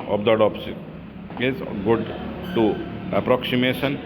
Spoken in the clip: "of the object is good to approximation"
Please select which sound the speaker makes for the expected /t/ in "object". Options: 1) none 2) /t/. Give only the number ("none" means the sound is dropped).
1